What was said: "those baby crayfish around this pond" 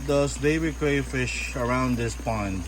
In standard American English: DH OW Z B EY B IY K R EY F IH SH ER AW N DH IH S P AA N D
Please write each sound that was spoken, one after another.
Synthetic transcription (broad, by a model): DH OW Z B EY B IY K R EY F IH SH ER AW N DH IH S P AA N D